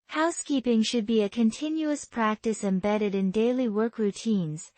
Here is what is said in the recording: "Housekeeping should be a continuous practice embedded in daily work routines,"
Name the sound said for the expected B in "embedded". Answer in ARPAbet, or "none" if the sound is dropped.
B